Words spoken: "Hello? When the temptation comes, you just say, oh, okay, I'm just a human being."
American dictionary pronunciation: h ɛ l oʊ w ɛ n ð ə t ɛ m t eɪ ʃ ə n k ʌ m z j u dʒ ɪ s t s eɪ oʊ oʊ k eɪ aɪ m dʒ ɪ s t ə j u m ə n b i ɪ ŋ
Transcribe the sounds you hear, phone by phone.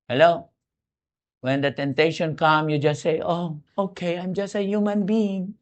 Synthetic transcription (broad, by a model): h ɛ l oʊ w ɛ n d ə t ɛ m t eɪ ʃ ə n k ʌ m j u dʒ ɪ s t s eɪ oʊ oʊ k eɪ aɪ m dʒ ɪ s t ə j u m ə n b i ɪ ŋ